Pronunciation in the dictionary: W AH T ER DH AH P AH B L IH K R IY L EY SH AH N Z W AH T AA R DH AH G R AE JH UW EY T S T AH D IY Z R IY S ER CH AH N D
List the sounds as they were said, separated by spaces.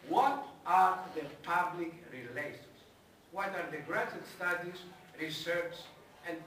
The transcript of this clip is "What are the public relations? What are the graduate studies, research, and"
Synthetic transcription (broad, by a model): W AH T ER DH AH P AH B L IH K R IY L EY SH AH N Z W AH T AA R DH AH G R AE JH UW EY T S T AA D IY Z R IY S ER S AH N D